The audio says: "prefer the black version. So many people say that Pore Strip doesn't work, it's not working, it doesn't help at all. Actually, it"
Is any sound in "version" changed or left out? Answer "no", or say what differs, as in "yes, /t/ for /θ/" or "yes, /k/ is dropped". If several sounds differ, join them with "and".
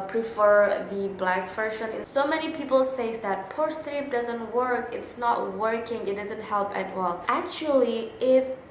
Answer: yes, /f/ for /v/ and /ʃ/ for /ʒ/